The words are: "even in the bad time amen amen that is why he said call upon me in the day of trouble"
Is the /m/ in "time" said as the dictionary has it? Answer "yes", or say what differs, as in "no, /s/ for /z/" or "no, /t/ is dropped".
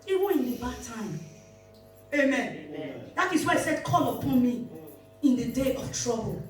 no, /m/ is dropped